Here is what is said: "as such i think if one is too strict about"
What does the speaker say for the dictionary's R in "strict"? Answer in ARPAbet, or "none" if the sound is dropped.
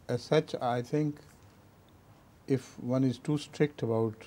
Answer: R